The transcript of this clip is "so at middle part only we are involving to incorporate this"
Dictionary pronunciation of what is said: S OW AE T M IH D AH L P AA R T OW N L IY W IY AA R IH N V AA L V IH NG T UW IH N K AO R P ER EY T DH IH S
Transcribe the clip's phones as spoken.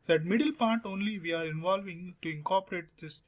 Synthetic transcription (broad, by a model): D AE T M IH D AH L P AA R T OW N L IY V IY AA R IH N V AA L V IH NG T UW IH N K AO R P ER EY T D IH S